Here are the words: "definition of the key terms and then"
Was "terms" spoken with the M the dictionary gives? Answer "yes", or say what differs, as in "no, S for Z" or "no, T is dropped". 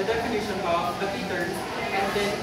no, M is dropped